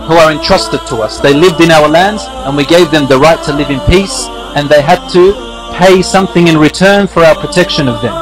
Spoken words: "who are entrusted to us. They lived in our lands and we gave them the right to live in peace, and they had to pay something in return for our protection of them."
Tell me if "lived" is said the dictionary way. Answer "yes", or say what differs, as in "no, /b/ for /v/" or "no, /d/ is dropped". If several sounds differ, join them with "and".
yes